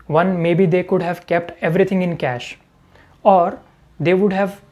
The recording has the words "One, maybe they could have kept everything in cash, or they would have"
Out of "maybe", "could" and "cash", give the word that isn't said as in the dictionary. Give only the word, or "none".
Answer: none